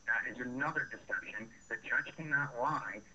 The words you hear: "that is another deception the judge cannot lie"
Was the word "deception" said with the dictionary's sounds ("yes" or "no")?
no